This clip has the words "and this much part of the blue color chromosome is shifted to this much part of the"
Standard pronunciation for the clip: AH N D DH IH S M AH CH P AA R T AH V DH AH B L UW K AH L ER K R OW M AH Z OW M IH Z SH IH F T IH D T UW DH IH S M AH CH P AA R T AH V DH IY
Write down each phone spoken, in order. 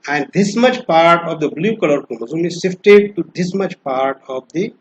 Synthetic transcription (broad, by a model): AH N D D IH S M AH CH P AA R T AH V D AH B L UW K AH L ER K OW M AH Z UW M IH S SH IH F T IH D T UW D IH S M AH CH P AA R T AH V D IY